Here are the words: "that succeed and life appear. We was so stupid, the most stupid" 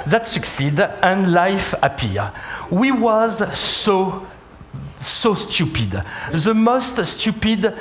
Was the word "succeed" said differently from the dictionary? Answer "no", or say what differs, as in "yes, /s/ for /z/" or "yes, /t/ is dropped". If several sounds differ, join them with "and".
no